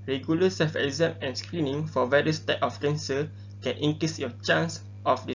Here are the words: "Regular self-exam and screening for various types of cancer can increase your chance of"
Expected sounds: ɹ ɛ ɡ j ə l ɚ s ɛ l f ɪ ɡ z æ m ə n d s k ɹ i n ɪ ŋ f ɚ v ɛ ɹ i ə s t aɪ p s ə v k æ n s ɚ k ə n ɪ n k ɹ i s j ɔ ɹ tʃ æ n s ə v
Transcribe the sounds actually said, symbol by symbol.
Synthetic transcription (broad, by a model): ɹ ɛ ɡ j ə l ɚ s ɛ f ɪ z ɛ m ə n s k ɹ i n ɪ ŋ f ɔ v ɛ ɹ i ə s t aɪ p ə f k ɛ n s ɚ k ə n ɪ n k ɹ i s j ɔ tʃ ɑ n s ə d